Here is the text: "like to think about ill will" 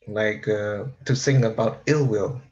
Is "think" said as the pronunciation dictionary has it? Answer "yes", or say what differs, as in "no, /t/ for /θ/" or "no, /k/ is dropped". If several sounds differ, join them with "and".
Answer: no, /s/ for /θ/ and /k/ is dropped